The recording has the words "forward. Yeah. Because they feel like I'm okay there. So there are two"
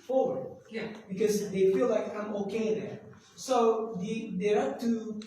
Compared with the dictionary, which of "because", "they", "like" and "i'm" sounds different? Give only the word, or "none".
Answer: none